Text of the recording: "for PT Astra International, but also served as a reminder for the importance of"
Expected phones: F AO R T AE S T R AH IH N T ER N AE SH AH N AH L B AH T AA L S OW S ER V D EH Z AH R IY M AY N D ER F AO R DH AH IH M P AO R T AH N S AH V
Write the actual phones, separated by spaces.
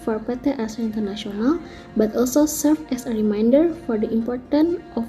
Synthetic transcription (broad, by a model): F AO R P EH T T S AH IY N T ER N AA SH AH N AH L B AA T AA L S OW S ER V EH S AH R IY M AY N D ER F AO R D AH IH M P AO R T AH N AH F